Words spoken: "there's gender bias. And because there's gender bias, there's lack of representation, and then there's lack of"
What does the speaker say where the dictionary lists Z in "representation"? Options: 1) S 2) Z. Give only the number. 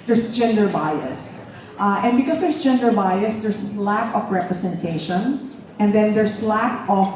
1